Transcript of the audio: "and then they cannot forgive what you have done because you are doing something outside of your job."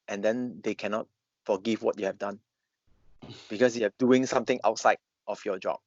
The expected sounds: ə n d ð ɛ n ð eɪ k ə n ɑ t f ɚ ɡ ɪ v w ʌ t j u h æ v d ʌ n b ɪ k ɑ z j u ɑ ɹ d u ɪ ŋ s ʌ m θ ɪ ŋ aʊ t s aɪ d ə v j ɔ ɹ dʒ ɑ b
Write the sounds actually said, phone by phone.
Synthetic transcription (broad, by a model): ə n d ɛ n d eɪ k ə n ɑ t f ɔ ɡ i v w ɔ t j u h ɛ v d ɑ n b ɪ k ɑ s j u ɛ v d u ɪ ŋ s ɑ m t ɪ ŋ aʊ t s aɪ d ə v j ɔ dʒ ɑ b